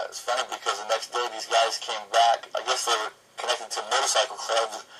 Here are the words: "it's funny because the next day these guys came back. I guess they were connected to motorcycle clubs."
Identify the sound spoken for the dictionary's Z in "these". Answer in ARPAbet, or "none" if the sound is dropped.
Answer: Z